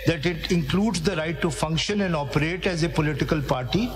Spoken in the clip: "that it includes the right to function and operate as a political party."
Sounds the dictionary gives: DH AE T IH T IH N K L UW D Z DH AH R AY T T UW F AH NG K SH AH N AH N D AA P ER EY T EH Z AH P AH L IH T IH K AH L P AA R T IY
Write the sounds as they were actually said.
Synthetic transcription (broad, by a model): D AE T IH T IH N K L UW D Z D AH R AY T T UW F AH NG K SH AH N AH N D AA P ER EY T EH Z AH P AH L IH T IH K AH L P AA R T IY